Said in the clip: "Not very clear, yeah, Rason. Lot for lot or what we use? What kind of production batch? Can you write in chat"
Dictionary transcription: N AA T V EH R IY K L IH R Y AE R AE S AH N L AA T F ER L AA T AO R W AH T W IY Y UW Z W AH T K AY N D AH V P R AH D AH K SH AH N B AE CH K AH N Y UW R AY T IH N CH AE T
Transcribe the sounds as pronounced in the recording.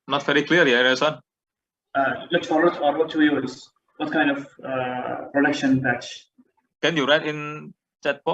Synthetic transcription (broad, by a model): N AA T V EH R IY K L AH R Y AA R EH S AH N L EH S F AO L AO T AO R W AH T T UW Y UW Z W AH T K AY N D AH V P R AH D AH K SH AH N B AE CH K AH N Y UW R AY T IH N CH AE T